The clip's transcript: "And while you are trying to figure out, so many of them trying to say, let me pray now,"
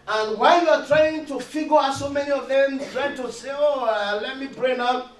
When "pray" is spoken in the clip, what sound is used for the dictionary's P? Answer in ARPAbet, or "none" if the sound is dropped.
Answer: B